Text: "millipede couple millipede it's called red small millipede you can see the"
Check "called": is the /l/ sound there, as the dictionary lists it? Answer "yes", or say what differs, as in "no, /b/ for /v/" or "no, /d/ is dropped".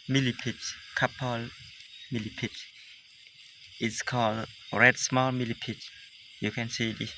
yes